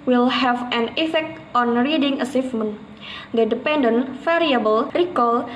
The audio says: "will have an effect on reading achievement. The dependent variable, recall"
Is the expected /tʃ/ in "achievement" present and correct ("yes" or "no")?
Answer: no